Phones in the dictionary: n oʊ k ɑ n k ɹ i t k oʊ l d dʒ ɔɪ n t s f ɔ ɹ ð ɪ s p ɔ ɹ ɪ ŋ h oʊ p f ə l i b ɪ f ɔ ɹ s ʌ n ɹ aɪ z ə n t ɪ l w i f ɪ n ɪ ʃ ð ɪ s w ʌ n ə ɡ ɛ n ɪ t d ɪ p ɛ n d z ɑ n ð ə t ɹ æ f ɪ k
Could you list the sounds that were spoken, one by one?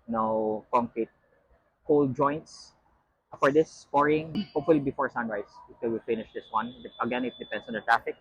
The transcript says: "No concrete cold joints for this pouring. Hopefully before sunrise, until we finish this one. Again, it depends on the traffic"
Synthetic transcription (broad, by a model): n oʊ k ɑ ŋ k ɹ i t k oʊ l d dʒ ɔɪ n t s f ɔ ɹ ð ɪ s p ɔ ɹ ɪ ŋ h oʊ p f ə l i b ɪ f ɔ ɹ s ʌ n ɹ aɪ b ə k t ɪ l w i f ɪ n ɪ ʃ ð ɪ s w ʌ n ə ɡ ɛ n ɪ t d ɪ p ɛ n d s ɑ n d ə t ɹ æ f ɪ k